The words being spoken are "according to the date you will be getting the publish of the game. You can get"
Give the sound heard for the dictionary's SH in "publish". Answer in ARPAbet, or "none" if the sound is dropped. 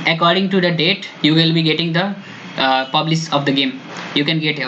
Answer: S